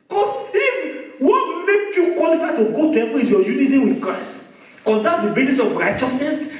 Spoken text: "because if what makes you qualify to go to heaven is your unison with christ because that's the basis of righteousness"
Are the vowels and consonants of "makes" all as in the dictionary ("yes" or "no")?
no